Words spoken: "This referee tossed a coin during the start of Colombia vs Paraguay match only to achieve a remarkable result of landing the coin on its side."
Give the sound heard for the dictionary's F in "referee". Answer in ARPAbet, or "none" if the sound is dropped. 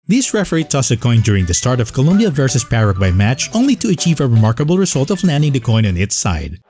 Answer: F